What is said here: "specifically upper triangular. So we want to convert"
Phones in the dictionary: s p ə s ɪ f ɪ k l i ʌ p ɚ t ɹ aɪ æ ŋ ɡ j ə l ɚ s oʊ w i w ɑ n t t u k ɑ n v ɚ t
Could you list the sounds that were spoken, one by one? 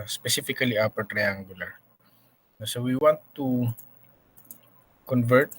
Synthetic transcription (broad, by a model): s p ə s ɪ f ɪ k l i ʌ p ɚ t ɹ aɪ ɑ ŋ ɡ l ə n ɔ s oʊ w i w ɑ n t t u k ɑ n v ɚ t